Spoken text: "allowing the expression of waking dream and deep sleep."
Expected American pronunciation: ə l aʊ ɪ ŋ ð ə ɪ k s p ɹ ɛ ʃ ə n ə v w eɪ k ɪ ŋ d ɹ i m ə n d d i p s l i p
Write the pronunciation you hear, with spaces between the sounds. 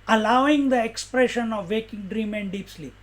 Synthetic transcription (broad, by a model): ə l aʊ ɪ ŋ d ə ɪ k s p ɹ ɛ ʃ ə n ə v eɪ k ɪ ŋ d ɹ i m ə n d d i p s l i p